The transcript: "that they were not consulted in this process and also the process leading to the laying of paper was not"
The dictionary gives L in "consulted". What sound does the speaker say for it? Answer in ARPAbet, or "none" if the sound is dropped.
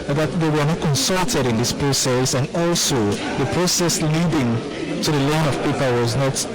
L